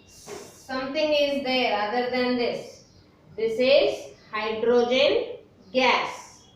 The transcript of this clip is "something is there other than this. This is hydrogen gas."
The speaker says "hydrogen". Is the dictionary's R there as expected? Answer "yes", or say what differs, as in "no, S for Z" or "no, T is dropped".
yes